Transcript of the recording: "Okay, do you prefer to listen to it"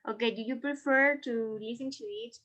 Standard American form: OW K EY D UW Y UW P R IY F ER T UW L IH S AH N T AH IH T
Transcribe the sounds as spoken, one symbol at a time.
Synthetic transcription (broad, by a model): OW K EY D UW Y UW P R IY F ER T UW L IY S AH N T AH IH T